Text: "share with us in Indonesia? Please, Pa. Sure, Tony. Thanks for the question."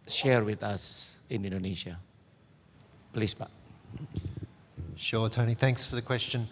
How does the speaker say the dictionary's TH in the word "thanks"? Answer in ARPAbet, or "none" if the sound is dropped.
TH